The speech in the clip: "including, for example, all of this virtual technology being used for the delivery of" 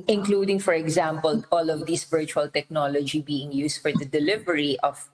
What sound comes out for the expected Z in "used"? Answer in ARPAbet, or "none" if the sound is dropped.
S